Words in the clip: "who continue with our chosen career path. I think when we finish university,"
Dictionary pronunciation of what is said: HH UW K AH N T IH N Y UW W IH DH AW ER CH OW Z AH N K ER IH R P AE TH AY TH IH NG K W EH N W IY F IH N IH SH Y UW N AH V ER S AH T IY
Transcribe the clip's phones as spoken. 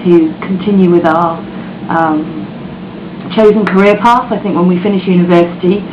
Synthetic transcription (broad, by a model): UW K AH N T IH N Y UW W IH DH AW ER CH OW Z AH N K ER IH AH P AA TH AY TH IH NG K W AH N W IY F IH N IH SH Y UW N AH V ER S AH T IY